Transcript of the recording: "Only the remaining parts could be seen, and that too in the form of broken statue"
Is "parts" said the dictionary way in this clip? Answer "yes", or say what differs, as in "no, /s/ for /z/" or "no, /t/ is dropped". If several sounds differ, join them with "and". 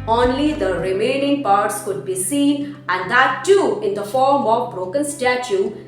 yes